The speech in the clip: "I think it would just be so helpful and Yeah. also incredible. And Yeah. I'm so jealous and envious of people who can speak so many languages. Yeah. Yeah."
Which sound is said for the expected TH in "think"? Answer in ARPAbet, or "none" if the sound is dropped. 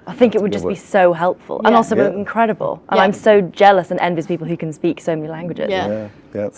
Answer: TH